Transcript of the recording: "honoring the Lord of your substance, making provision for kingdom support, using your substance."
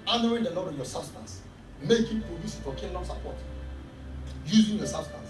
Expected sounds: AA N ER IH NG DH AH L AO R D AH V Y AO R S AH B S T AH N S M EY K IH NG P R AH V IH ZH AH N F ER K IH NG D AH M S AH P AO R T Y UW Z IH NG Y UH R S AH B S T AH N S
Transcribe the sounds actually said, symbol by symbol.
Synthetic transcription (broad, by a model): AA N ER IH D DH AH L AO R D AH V Y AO S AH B S T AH N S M EY K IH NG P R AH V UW S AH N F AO K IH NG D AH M S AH P AO T Y UW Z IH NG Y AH S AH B S T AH N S